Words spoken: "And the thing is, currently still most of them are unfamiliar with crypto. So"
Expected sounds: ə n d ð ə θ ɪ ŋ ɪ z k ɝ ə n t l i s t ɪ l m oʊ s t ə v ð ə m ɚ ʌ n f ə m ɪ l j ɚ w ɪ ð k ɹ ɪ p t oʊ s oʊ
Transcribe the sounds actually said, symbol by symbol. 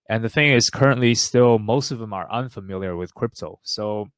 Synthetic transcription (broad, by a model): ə n ð ə θ ɪ ŋ ɪ z k ɝ ə n t l i s t ɪ l m oʊ s t ə v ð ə m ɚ ʌ n f ə m ɪ l j ɚ w ɪ ð k ɹ ɪ p t oʊ s oʊ